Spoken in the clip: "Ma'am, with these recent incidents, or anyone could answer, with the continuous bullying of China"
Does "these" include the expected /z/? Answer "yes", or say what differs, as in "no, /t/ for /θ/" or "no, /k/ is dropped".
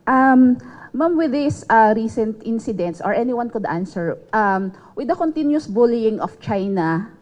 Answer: no, /z/ is dropped